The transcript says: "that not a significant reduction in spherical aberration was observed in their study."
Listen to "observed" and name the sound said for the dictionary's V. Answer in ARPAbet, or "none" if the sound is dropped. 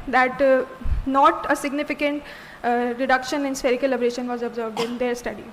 V